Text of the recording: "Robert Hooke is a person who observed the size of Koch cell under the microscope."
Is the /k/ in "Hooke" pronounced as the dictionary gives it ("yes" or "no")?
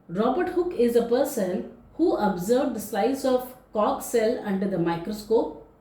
yes